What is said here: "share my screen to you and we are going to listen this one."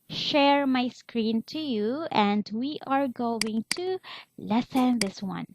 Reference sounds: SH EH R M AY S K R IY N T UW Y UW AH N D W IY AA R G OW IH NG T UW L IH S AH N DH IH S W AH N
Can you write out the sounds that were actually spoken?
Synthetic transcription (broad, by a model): SH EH R M AY S K R IY N T UW Y UW AH N D W IY AA R G OW IH NG T UW L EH S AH N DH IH S W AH N